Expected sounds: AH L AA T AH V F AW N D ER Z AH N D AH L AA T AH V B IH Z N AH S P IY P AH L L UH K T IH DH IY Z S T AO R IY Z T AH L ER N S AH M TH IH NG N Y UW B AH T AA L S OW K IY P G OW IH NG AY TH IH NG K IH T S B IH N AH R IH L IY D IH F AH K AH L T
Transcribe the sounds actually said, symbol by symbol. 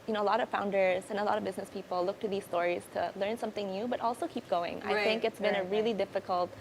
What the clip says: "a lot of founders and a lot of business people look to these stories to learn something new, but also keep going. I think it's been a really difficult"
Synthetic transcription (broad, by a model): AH L AA T AH V F AW N D ER Z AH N AH L AA T AH V B IH Z N AH S P IY P L L UH K T IH DH IY Z S T AO R IY Z T AH L ER N S AH M TH IH NG N Y UW B AH T AA L S OW K IY P G OW IH NG AY TH IH NG K IH T S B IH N AH R IH L IY D IH F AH K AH L T